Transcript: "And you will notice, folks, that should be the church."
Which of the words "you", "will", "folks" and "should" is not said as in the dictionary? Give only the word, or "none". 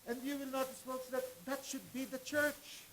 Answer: folks